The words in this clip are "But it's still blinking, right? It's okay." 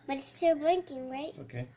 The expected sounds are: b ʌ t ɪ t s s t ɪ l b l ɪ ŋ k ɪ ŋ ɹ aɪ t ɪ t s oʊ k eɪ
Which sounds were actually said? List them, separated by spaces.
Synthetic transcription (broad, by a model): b ʌ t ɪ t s s t ɪ l b l ɪ ŋ k ɪ ŋ ɹ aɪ ɪ t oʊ k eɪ